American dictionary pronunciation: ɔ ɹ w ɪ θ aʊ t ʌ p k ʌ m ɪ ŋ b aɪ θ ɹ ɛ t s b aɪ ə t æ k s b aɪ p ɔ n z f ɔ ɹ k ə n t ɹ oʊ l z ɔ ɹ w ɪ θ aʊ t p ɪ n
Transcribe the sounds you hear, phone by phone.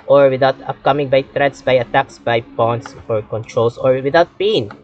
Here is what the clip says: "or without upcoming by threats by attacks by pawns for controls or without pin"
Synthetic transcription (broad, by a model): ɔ ɹ w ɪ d aʊ t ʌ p k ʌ m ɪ ŋ b aɪ t ɹ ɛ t s b aɪ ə t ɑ k s b aɪ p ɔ n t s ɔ ɹ k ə n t ɹ oʊ l s ɔ ɹ w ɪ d aʊ t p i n